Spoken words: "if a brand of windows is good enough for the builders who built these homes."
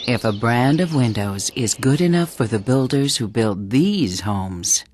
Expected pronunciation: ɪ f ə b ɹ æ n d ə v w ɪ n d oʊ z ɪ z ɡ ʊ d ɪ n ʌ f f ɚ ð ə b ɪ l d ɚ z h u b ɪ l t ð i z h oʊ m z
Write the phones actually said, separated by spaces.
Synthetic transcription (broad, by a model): ɪ f ə b ɹ æ n d ə v w ɪ n d oʊ z ɪ z ɡ ʊ d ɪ n ʌ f f ɚ ð ə b ɪ l d ɚ z h u b ɪ l t ð i z h oʊ m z